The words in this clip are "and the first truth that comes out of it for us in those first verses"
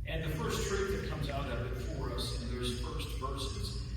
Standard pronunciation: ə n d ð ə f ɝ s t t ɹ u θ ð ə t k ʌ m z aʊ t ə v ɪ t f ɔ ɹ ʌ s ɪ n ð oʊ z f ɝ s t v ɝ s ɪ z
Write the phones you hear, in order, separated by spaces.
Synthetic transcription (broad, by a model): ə n ð ə f ɝ s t t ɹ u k ð ə t k ʌ m z aʊ t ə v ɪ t f ɔ ɹ ʌ s ɪ n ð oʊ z f ɝ s t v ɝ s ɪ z